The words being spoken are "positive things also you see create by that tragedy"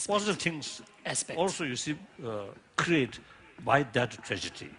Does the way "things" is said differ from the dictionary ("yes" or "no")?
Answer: yes